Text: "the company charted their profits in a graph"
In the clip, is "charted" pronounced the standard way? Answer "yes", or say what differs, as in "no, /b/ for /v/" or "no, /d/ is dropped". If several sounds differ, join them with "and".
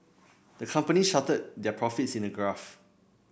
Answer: no, /ʃ/ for /tʃ/